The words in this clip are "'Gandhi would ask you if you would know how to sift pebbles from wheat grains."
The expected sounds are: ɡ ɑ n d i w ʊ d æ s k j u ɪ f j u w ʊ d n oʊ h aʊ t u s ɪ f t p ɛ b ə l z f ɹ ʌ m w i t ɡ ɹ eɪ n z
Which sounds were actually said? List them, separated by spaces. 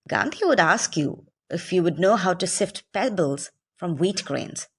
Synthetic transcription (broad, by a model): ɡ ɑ n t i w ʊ d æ s k j u ɪ f j u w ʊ d n oʊ h aʊ t u s ɪ f t p ɛ b ə l z f ɹ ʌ m w i t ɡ ɹ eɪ n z